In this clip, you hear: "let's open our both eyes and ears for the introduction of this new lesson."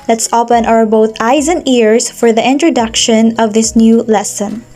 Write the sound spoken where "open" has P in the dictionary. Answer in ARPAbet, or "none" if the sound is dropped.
P